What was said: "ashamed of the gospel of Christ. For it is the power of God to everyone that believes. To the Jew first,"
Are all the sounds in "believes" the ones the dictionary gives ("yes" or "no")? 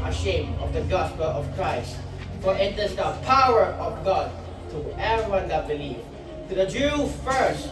no